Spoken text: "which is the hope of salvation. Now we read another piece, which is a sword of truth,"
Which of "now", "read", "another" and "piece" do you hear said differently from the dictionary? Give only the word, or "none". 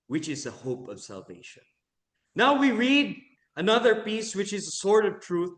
none